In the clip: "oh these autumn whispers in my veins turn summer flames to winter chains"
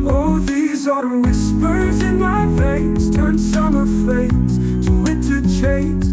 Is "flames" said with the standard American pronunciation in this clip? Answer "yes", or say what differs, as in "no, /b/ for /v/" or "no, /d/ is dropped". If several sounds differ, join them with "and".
no, /l/ is dropped